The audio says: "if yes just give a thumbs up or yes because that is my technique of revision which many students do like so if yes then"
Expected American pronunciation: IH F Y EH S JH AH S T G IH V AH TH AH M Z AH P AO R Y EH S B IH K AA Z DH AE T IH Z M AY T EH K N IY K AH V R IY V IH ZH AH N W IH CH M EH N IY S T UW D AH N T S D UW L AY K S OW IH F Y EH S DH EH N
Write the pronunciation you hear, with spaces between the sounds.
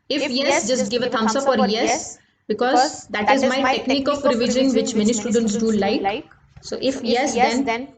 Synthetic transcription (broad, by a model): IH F Y EH S JH AH S T G IH V AH T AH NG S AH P AO R Y EH S B IH K AA Z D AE T IH Z M AY T EH K N IY K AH P R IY V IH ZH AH N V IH CH M EH N IY S T UW D AH N T S D UW L AY K S OW IH F Y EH S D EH N